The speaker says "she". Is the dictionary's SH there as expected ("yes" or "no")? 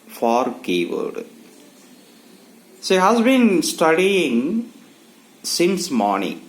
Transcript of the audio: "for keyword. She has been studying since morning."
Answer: no